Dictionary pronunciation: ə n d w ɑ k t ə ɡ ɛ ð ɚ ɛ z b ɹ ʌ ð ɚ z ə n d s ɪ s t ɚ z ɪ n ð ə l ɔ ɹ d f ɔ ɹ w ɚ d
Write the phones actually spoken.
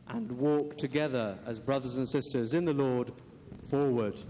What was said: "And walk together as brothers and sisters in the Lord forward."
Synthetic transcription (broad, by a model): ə n w ɑ k t ə ɡ ɛ ð ɚ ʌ z b ɹ ʌ ð ɚ z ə n s ɪ s t ɚ z ɪ n ð ə l ɔ ɹ d f ɔ ɹ w ɚ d